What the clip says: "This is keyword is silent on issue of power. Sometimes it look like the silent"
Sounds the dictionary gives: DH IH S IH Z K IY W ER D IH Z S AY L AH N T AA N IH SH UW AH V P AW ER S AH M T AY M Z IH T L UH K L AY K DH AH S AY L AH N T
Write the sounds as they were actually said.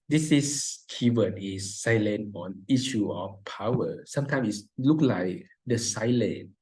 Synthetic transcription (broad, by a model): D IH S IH S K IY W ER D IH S AY L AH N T AA N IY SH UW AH F P AW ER S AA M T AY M IH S L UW K L AY K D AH S AY L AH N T